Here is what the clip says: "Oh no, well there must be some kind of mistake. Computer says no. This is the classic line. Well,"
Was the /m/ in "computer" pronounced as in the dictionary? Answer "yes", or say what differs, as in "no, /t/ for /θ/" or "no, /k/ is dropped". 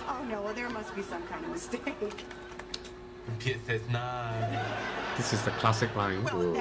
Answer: no, /m/ is dropped